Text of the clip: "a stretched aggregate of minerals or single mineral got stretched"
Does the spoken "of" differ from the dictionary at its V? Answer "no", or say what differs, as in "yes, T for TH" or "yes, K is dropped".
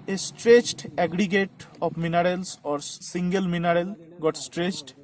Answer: yes, P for V